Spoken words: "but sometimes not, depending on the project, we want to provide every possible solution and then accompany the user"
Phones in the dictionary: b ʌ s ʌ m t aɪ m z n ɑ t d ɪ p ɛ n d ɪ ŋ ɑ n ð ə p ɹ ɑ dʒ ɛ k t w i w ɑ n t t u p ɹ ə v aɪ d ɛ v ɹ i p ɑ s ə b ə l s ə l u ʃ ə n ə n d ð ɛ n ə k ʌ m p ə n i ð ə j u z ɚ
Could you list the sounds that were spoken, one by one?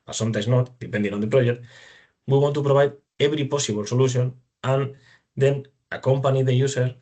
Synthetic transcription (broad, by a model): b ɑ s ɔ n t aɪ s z n ɑ t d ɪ p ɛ n d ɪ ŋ ɑ n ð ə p ɹ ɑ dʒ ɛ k t w i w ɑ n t t u p ɹ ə b aɪ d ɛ b ɹ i p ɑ s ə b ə l s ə l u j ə n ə n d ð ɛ n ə k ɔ m p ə n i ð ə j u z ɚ